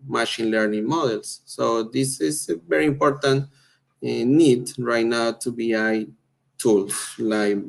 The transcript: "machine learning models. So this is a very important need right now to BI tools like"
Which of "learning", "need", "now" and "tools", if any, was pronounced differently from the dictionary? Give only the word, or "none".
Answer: tools